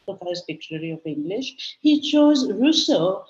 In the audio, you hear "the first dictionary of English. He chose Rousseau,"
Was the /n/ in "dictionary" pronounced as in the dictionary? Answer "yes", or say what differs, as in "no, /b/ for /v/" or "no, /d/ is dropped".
no, /l/ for /n/